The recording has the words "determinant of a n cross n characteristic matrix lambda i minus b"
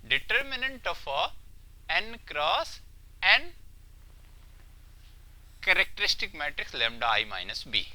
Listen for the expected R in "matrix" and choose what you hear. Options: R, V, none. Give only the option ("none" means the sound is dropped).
R